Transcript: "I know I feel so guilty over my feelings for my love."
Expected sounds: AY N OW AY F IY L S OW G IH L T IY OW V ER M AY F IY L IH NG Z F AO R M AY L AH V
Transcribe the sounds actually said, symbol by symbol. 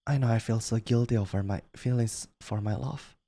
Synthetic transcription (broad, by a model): AY N OW AY F IY L S OW G IH L T IY OW V ER M AY F IY L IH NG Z F AO R M AY L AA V